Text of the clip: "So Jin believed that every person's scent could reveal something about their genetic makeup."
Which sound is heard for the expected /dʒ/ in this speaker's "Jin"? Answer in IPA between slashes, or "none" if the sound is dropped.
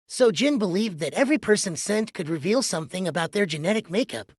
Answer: /dʒ/